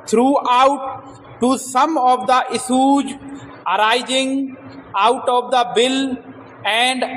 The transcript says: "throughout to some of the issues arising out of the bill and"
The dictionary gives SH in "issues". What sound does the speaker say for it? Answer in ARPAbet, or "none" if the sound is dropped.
S